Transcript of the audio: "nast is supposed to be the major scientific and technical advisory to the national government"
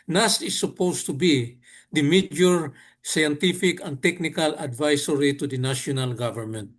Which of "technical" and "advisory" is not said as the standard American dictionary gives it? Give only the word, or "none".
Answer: advisory